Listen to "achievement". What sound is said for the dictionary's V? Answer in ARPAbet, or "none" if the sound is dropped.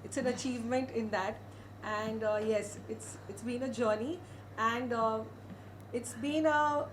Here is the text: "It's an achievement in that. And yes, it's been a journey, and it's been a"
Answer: V